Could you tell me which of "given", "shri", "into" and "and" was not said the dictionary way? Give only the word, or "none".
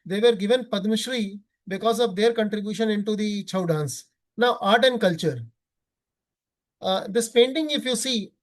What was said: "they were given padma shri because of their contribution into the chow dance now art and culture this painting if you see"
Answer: none